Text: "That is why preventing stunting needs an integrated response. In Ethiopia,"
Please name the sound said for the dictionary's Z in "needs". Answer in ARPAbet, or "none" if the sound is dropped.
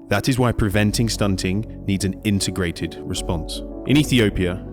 Z